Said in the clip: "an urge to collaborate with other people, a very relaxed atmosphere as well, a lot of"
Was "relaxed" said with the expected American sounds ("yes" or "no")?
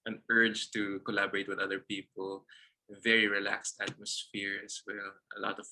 yes